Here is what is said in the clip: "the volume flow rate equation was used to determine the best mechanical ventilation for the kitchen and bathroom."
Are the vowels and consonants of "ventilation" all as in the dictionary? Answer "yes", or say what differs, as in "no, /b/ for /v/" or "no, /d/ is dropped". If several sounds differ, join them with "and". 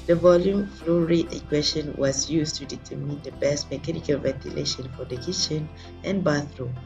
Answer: yes